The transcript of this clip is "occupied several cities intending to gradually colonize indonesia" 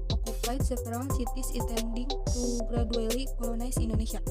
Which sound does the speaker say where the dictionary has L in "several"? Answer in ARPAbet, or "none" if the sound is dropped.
N